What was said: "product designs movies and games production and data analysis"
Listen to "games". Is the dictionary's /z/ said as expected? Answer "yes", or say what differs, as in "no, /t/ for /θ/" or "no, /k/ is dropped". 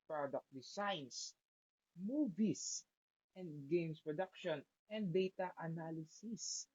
no, /s/ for /z/